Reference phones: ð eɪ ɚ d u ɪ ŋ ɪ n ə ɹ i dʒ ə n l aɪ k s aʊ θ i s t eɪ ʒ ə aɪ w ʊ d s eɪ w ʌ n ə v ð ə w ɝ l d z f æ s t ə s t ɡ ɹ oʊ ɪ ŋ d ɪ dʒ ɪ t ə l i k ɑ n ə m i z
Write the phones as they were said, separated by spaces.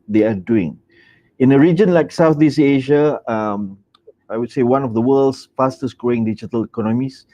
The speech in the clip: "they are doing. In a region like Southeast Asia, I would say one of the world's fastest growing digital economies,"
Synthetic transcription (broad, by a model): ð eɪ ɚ d u ɪ ŋ ɪ n ə ɹ i dʒ ə n l aɪ k s aʊ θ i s eɪ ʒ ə aɪ w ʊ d s eɪ w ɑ n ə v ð ə w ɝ l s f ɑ s t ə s ɡ ɹ oʊ ɪ ŋ d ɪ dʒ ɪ t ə l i k ɑ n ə m i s